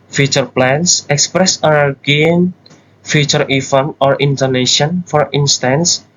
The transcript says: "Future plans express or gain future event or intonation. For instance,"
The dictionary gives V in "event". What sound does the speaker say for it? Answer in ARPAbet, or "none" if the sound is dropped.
F